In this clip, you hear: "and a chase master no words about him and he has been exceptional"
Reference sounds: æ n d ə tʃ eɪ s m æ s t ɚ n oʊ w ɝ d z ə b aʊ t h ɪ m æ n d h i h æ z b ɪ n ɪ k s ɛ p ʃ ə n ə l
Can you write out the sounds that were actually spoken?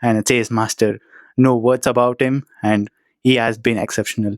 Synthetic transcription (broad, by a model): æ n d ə s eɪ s m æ s t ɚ n oʊ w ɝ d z ə b aʊ t h ɪ m æ n d h i h æ z b ɪ n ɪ k s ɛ p ʃ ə n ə l